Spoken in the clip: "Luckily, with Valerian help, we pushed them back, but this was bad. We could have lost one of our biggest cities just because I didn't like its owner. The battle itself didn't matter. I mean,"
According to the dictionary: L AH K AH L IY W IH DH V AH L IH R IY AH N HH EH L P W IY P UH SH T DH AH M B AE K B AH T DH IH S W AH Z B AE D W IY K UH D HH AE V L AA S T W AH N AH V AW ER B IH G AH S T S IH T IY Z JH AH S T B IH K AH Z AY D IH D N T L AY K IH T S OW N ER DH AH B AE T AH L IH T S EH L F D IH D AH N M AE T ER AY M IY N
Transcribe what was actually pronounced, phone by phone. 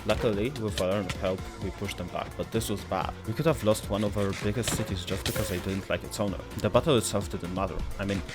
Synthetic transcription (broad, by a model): L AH K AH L IY W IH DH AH AH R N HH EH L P W IY P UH SH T DH AH M B AE K B AH T DH IH S W AH Z B AE D W IY K UH D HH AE V L AA S T W AH N AH V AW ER B IH G AH S T S IH T IY Z JH AH S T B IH K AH Z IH D IH D N T L AY K IH T S OW N ER DH AH B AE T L IH T S EH L F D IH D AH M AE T ER AY M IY N